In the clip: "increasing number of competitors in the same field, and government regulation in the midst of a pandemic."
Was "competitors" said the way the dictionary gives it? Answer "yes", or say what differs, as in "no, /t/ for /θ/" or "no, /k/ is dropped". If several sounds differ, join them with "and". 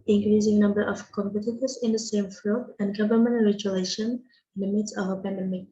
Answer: yes